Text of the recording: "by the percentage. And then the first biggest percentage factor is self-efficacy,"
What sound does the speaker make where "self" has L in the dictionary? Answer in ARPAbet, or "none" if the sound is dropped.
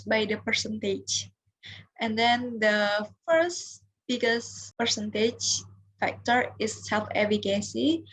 L